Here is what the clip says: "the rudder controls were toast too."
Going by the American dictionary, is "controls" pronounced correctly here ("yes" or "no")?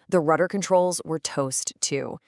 yes